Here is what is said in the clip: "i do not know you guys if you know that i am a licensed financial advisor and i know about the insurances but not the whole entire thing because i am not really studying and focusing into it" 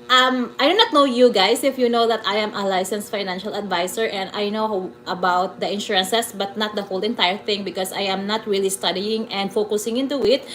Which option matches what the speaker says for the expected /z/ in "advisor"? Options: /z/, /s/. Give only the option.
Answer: /s/